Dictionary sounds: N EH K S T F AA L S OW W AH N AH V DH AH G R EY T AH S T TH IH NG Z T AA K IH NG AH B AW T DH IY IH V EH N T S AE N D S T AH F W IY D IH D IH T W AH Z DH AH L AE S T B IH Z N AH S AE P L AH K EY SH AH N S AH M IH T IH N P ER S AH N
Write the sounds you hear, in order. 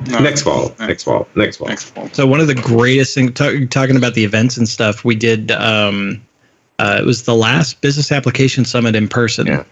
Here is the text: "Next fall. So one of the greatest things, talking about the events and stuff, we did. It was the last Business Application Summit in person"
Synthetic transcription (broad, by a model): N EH K S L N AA L S OW W AH N AH V DH AH G R EY T AH S T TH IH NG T T AA K IH NG AH B AW T DH IY IH V EH N T S N S T AH F W IY D IH D IH T W AH Z DH AH L AE S T B IH Z N AH S AE P L AH K EY SH AH N S AH M IH T IH N P ER S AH N